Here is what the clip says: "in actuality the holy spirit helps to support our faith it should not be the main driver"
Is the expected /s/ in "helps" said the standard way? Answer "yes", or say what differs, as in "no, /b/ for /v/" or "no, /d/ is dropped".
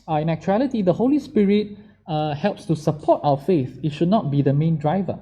yes